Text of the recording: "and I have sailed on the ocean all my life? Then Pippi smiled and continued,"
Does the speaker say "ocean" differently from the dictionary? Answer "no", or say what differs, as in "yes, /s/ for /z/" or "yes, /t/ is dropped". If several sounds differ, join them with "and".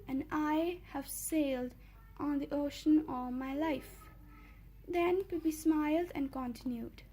no